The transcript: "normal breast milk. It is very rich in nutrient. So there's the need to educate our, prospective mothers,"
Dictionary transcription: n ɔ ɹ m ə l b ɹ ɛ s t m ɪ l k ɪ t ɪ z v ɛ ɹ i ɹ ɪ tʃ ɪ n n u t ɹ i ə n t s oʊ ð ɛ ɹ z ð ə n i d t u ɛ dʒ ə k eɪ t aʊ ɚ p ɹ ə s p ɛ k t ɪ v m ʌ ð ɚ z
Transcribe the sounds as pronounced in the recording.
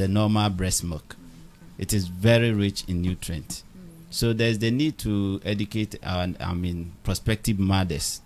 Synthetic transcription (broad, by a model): n ɔ m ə l b ɹ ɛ s m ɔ k ɪ t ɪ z v ɛ ɹ i ɹ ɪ tʃ ɪ n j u t ɹ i n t s oʊ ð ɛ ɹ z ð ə n i d t u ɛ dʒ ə k eɪ t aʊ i p ɹ ə s p ɛ k t ɪ v m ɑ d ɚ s